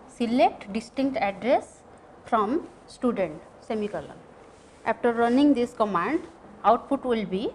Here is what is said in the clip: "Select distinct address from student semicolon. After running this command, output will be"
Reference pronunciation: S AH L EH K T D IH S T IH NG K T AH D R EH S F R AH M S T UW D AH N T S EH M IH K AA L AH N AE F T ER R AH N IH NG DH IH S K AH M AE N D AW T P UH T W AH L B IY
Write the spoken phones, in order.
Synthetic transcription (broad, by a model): S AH L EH K T D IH S T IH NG K T AH D R EH S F R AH M S T UW D AH N T S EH M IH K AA L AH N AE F T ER R AH N IH NG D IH S K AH M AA N D AW T P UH T W AH L B IY